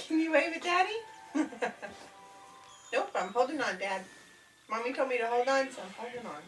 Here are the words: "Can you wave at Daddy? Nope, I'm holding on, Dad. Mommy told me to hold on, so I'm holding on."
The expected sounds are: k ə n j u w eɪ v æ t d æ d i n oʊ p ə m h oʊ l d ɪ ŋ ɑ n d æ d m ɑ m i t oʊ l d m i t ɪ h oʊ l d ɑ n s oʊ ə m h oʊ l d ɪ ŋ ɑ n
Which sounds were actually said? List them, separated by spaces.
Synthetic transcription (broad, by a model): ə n j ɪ w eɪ w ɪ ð d æ d i n oʊ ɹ ə m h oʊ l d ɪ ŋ ɑ n d æ d m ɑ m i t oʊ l m i t ɪ h oʊ l d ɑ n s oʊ ə m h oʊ l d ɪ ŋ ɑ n